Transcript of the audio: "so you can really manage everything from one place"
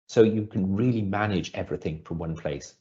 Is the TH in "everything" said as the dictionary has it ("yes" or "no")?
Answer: yes